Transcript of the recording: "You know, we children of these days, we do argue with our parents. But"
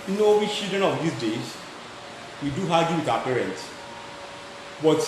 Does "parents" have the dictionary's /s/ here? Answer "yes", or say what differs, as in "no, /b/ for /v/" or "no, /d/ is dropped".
yes